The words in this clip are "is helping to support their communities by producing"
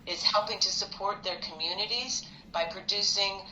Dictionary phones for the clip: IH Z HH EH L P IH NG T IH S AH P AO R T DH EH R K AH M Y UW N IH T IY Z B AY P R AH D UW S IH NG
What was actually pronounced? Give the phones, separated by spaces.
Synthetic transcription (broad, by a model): IH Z HH EH L P IH NG T IH S AH P AO R T DH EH R K AH M Y UW N IH T IY Z B AY P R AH D UW S IH NG